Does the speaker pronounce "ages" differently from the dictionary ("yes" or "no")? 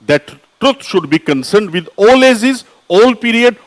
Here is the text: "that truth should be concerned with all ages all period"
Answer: yes